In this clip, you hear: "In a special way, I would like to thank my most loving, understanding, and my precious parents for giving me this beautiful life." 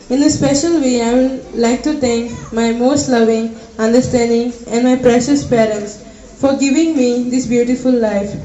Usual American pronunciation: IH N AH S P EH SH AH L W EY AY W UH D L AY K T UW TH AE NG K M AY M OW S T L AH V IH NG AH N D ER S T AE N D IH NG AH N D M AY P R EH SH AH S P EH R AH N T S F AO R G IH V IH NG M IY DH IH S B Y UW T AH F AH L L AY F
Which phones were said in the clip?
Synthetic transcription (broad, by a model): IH N AH S P EH SH AH L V EY AY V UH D L AY K T UW T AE NG K M AY M OW S T L AH V IH NG AH N D ER S T AE N D IH NG AH N D M AY P R EH SH AH S P EH R AH N T S F AO R G IH V IH NG M IY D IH S B Y UW T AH F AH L L AY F